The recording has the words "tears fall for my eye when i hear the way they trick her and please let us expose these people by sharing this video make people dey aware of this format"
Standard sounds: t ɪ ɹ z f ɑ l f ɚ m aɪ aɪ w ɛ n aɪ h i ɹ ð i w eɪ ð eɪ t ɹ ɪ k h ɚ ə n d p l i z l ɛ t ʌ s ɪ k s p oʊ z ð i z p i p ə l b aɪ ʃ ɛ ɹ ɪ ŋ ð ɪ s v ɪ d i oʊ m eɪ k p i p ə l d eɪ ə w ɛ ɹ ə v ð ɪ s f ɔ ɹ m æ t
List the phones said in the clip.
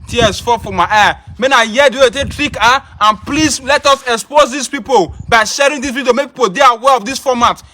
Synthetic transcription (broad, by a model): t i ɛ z f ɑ f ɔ m aɪ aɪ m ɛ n aɪ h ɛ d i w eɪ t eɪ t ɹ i k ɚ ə n p l i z l ɛ t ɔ s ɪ k s p oʊ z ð i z p i p ə l b aɪ ʃ ɛ ɹ ɪ ŋ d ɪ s p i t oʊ m eɪ k p i p ə l d eɪ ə w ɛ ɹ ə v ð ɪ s f ɔ m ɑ t